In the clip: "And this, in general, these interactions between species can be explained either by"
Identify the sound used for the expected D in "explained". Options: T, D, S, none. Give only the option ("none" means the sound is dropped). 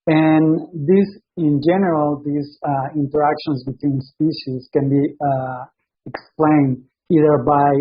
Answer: D